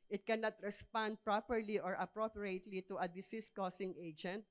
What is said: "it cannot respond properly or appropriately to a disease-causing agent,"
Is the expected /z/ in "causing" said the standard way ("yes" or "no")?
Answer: no